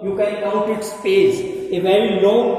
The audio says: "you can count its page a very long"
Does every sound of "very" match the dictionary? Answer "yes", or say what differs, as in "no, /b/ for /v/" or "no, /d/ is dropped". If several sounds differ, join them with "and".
yes